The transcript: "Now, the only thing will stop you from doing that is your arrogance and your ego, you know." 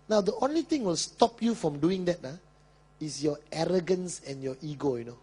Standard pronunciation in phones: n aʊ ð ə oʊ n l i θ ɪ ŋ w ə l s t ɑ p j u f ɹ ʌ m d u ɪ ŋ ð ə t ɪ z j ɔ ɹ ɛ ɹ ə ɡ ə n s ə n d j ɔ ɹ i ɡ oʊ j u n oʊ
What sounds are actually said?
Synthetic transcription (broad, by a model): n aʊ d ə oʊ n l i t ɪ ŋ w ə l s t ɑ p j u f ɹ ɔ m d u ɪ ŋ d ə t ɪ s j ɔ ɛ ɹ ə ɡ ə n s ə n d j ɔ i ɡ oʊ j u n oʊ